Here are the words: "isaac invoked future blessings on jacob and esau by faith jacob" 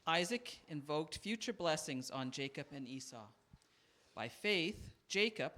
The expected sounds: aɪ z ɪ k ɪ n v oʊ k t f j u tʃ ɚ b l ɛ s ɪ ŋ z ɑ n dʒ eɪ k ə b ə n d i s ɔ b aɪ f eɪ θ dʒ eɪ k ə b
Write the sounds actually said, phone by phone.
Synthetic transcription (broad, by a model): aɪ z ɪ k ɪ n v oʊ k t f j u tʃ ɚ b l ɛ s ɪ ŋ z n dʒ eɪ k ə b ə n i s ɔ b aɪ f eɪ θ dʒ eɪ k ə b